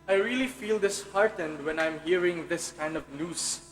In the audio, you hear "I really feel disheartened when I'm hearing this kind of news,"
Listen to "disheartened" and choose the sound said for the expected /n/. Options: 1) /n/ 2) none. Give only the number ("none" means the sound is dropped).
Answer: 1